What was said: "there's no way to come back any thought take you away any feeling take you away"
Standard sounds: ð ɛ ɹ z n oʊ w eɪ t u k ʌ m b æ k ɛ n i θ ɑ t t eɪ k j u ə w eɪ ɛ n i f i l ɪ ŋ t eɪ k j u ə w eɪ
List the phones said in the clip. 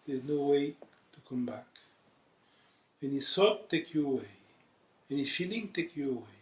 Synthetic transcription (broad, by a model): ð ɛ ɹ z n oʊ w eɪ t u k ʌ m b æ k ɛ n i s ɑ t t eɪ k j u ə w eɪ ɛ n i f i l ɪ ŋ t eɪ k j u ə w eɪ